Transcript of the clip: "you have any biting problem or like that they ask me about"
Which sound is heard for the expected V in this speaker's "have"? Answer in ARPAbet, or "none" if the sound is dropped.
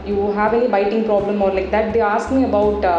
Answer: V